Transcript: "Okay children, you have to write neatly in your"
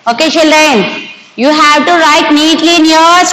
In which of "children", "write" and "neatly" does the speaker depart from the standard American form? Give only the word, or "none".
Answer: children